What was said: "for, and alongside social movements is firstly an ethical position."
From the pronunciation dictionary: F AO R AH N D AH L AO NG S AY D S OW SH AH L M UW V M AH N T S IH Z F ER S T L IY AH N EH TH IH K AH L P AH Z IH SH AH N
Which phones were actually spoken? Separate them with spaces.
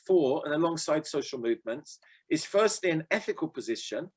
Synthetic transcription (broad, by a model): F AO R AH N AH L AO NG S AY D S OW SH AH L M UW V M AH N T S IH Z F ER S T L IY AH N EH TH IH K AH L P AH Z IH SH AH N